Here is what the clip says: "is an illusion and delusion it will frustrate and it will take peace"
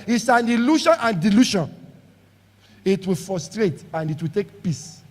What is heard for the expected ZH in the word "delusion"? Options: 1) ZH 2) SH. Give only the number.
2